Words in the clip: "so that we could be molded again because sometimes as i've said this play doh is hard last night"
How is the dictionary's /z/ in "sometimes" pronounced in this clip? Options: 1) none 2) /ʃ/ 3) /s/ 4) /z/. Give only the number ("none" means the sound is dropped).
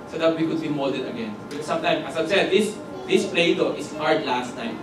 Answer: 1